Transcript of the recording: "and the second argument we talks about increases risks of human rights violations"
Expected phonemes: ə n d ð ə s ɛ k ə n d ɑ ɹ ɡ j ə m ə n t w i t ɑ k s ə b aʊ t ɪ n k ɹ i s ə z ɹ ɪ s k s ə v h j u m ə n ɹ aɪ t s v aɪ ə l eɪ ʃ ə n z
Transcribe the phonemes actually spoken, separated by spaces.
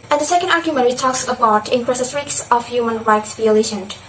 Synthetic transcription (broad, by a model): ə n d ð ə s ɛ k ə n d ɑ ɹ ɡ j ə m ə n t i t ɑ k s ə b aʊ t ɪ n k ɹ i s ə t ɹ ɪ k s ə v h j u m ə n ɹ aɪ t s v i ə l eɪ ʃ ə n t